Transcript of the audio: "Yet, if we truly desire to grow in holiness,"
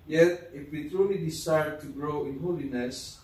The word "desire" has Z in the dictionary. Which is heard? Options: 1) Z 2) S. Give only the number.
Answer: 2